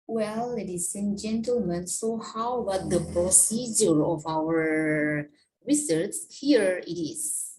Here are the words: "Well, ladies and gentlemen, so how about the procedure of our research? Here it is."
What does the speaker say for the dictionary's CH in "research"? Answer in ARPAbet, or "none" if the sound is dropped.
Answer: S